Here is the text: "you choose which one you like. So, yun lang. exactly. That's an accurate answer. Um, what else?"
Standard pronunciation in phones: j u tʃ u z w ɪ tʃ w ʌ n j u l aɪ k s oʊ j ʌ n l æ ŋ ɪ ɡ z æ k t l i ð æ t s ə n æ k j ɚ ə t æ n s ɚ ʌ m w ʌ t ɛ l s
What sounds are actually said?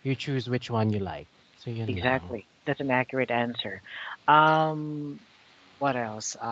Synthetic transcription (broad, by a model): j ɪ tʃ u z w ɪ tʃ w ʌ n j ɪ l aɪ k s oʊ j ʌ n ɪ ɡ z æ k t l i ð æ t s n æ k j ɚ ə t æ n s ɚ ʌ m w ʌ t ɛ l s